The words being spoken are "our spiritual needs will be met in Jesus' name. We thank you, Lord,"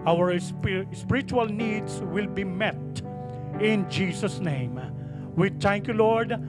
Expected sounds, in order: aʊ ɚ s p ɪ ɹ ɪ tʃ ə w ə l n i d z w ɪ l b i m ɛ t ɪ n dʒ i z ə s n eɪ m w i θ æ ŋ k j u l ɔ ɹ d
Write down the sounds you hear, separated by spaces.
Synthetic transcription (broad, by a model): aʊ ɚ s p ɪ ɹ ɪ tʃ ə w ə l n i d s w ɪ l b i m ɛ t ɪ n dʒ i s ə s n eɪ m w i t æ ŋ k j u l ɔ ɹ d